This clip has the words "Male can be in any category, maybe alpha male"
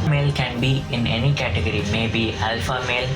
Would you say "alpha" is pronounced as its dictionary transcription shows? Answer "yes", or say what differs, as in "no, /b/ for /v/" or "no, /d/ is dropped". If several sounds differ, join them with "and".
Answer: yes